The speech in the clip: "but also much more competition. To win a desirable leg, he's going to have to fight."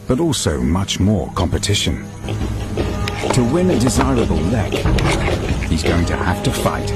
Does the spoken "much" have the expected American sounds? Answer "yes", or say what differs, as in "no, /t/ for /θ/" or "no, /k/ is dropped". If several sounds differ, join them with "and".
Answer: yes